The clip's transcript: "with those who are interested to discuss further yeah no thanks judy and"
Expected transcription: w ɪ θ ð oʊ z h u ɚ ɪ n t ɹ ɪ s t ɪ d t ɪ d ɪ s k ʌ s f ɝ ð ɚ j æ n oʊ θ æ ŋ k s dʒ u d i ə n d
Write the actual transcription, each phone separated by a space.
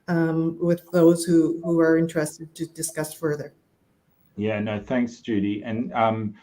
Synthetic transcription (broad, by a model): w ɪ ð oʊ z h u ɚ ɪ n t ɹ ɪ s t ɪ d t ɪ d ɪ s k ʌ s f ɝ ð ɚ j æ n oʊ θ æ ŋ k s dʒ u d i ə n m